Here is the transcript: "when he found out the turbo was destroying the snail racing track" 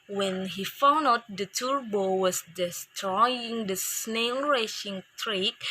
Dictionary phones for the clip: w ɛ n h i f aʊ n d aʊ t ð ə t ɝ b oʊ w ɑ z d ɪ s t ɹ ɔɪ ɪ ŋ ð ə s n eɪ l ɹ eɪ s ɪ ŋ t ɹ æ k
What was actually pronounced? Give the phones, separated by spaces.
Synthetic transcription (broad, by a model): w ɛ n h i f aʊ n d aʊ t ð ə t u b oʊ w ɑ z d ɪ s t ɹ ɔɪ ɪ ŋ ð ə s n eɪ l ɹ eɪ ʃ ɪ ŋ t ɹ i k